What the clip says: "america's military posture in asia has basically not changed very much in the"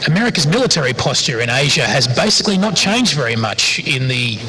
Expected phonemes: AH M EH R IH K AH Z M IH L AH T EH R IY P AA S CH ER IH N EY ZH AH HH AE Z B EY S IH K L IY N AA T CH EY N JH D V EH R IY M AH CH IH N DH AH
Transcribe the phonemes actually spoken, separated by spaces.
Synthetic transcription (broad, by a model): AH M EH R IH K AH Z M IH L AH T EH R IY P AA S CH ER IH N EY ZH AH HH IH Z B EY S IH K L IY N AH T CH EY N JH D V EH R IY M AH CH IH N DH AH